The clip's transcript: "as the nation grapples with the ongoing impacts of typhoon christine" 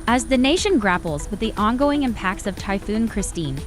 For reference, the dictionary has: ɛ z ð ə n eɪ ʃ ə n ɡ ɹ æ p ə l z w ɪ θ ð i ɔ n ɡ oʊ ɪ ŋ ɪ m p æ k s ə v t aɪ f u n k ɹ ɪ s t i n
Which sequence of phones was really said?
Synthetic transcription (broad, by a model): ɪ z ð ə n eɪ ʃ ə n ɡ ɹ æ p l z w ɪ ð i ɔ n ɡ oʊ ɪ ŋ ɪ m p æ k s ə v t aɪ f u n k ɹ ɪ s t i n